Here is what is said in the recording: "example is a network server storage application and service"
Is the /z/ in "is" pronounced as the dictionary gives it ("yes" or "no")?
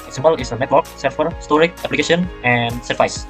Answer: no